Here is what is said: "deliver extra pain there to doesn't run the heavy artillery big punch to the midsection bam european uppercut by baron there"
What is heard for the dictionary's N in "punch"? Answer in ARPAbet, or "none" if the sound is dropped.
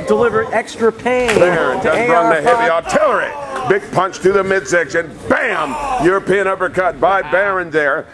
N